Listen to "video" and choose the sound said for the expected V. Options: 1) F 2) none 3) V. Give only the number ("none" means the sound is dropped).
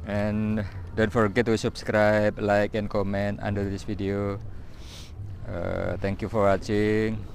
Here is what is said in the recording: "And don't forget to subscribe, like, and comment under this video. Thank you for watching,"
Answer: 1